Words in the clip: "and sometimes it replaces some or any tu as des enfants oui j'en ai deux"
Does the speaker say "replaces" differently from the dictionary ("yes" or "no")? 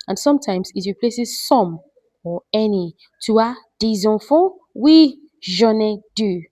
no